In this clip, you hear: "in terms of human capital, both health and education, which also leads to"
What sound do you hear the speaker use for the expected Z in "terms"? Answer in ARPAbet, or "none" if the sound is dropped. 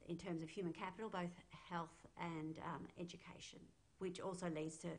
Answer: Z